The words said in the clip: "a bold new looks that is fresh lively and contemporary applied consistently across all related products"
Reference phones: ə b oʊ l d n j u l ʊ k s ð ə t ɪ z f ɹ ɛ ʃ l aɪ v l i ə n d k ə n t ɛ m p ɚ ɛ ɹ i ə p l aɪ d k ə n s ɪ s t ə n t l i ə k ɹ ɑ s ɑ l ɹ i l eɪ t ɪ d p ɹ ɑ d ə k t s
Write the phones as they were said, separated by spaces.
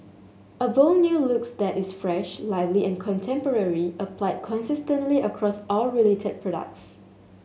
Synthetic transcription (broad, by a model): ə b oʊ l n j u l ʊ k s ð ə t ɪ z f ɹ ɛ ʃ l aɪ v l i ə n k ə n t ɛ m p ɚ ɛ ɹ i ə p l aɪ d k ə n s ɪ s t ə n t l i ə k ɹ ɑ s ɑ l ɹ i l eɪ t ɪ d p ɹ ɑ d ə k t s